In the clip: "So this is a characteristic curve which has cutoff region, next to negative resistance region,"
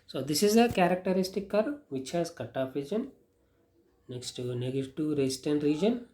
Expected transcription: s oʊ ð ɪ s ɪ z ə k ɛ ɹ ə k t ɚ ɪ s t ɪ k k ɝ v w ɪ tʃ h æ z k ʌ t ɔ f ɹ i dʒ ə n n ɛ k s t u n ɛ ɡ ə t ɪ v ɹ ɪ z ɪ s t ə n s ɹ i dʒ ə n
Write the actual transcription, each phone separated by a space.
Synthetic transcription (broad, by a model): s oʊ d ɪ s ɪ z ə k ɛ ɹ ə k t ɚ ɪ s t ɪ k k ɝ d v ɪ tʃ h æ z k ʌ t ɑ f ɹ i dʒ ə n n ɛ k s t u n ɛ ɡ t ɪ ɹ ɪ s t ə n ɹ i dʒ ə n